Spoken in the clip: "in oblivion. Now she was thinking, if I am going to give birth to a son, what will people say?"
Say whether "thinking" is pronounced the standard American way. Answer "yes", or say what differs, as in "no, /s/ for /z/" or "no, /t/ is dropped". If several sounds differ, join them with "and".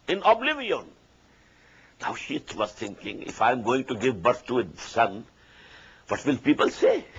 no, /t/ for /θ/